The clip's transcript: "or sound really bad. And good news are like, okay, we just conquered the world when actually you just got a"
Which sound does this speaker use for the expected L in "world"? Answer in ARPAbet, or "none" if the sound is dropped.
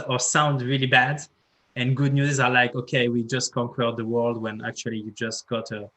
L